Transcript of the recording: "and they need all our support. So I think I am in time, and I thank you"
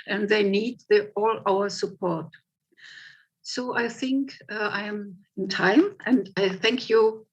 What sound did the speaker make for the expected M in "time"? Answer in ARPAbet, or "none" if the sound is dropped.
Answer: M